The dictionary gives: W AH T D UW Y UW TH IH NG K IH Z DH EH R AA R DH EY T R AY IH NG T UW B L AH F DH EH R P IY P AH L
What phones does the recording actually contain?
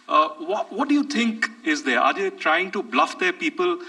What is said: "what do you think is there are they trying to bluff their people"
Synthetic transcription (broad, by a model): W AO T D UW Y UW T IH NG K IH Z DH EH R AA R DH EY T R AY IH NG T UW B L AH F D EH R P IY P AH L